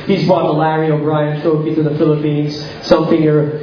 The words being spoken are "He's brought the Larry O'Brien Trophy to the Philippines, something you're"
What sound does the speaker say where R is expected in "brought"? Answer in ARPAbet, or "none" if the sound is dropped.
none